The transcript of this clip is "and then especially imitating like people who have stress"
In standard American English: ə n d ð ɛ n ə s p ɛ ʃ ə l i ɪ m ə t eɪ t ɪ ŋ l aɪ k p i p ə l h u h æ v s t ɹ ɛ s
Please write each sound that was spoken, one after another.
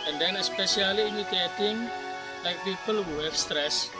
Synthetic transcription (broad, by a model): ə n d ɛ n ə s p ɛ s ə l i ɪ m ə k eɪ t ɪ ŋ l aɪ k p i p ə l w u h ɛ f s t ɹ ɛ s